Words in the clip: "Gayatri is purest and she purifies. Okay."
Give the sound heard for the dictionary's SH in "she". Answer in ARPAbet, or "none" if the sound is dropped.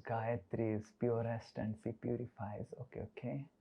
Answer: S